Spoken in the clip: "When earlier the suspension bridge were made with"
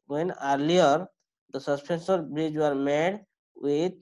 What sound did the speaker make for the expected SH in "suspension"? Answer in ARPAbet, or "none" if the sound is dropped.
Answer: S